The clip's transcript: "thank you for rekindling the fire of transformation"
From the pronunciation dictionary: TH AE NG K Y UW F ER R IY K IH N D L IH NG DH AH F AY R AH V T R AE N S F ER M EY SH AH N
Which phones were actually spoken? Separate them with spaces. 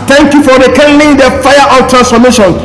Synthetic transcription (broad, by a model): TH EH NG K Y UW F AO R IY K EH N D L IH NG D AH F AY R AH W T R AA N S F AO M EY SH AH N